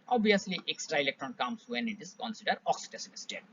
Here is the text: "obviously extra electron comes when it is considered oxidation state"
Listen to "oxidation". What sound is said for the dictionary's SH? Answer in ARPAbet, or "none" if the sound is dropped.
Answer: S